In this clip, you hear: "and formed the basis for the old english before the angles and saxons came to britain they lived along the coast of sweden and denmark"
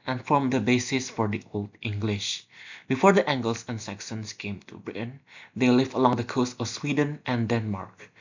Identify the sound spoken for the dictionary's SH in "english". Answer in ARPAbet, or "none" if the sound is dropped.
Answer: SH